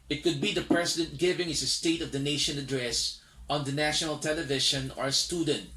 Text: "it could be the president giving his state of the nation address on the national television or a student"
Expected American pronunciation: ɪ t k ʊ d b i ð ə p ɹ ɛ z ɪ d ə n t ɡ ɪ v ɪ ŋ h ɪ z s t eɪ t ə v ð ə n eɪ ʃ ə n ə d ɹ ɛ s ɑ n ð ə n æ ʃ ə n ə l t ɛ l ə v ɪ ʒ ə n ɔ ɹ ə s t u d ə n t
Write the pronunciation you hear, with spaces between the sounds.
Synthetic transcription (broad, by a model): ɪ t k ʊ d b i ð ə p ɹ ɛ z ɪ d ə n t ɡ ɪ v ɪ ŋ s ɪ s t eɪ t ə v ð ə n eɪ ʃ ə n ə d ɹ ɛ s ɑ n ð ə n æ ʃ ə n ə l t ɛ l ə v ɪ ʃ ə n ɔ ɹ ə s t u d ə n t